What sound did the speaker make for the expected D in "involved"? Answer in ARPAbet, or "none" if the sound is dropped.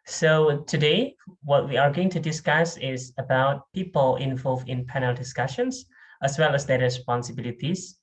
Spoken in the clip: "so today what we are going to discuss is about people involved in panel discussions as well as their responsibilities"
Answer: none